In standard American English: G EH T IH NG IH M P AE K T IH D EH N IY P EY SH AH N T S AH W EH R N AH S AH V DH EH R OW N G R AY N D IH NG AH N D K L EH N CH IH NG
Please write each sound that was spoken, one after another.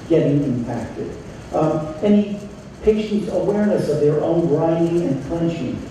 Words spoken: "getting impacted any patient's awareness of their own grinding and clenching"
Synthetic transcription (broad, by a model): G EH T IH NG IH M P AE K T IH D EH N IY P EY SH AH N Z AH W EH R N AH S AH V DH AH R OW N R AY D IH NG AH N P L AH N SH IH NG